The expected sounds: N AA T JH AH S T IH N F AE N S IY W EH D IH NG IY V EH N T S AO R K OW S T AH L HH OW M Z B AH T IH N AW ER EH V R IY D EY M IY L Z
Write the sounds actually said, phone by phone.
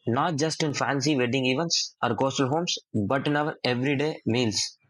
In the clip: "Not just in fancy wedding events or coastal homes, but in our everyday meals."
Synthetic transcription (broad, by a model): N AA T JH AH S T IH N F AE N S IY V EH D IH NG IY V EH N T S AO R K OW S T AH L HH OW M S B AH T IH N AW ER EH V R IY D EY M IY L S